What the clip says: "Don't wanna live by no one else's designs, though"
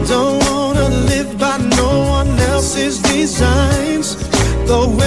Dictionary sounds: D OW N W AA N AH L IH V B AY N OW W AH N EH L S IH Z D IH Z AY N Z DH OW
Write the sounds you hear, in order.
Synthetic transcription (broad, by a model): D OW N W AA N AH L IH V B AY N OW W AH N EH L S IH Z D IH Z AY N Z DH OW